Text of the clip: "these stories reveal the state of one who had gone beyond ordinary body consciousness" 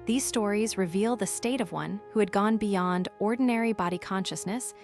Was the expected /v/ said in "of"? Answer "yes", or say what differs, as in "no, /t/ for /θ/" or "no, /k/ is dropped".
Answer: yes